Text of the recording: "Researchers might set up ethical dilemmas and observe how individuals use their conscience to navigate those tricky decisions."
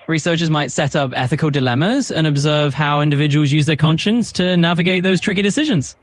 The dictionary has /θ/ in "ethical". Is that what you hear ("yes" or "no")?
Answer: yes